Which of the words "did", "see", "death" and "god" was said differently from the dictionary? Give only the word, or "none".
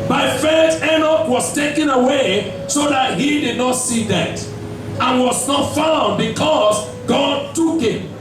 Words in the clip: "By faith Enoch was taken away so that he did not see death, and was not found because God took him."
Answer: death